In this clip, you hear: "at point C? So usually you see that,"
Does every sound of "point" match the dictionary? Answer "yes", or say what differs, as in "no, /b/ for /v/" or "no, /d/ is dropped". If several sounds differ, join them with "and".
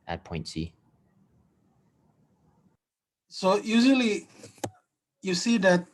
yes